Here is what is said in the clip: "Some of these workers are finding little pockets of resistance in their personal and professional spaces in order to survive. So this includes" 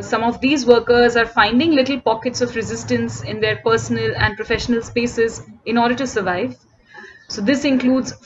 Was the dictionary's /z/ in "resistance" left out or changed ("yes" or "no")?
no